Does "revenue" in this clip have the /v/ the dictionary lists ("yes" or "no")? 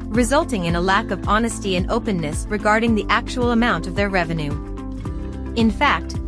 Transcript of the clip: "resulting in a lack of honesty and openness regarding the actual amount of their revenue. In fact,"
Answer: yes